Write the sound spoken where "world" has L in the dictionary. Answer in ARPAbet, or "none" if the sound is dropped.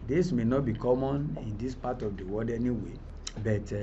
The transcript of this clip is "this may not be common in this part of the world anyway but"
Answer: none